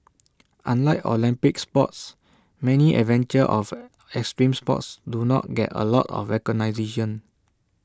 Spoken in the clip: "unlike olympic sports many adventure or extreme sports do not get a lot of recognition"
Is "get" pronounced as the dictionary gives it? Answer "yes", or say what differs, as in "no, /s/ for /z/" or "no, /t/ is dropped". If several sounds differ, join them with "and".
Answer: yes